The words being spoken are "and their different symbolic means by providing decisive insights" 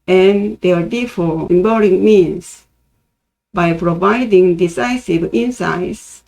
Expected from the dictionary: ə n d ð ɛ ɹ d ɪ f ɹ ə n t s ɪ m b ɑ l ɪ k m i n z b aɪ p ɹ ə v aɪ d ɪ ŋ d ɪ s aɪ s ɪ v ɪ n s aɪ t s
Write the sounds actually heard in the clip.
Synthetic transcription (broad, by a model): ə n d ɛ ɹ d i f ə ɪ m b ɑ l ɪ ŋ m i n s b aɪ p ɹ ə v aɪ d ɪ ŋ d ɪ s aɪ s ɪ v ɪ n s aɪ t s